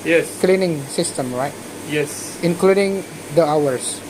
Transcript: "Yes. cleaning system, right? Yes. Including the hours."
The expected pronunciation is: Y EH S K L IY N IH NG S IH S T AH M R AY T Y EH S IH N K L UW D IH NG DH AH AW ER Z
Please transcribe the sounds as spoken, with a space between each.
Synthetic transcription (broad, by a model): Y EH S K L IY N IH NG S IH S T AH M R AY T Y EH S IH N K L UW D IH NG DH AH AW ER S